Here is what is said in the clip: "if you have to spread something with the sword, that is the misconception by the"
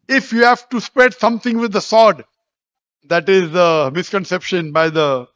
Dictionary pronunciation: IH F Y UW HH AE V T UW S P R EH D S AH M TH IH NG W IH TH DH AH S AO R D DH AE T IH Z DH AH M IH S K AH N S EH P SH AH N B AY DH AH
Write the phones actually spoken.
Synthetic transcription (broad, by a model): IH F Y UW HH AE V T UW S P R EH D S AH M T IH NG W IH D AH S AO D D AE T IH Z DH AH M IH S K AH N S EH P SH AH N B AY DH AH